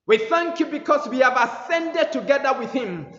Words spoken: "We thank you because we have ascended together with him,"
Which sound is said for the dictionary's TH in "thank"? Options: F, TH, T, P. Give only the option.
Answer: TH